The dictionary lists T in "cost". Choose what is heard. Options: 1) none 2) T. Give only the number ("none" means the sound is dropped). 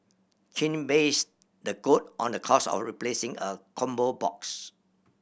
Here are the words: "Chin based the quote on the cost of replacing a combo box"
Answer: 1